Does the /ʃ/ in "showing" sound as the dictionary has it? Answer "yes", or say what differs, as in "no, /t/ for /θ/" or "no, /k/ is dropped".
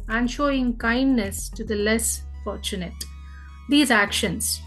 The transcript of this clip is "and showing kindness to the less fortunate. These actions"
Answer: yes